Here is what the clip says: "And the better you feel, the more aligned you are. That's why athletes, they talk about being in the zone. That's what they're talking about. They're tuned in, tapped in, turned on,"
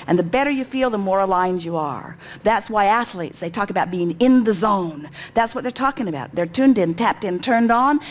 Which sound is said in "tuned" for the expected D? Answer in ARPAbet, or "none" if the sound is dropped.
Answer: D